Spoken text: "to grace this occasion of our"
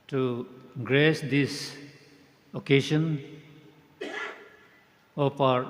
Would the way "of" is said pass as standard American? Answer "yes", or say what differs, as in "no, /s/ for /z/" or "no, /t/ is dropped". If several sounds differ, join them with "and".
no, /p/ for /v/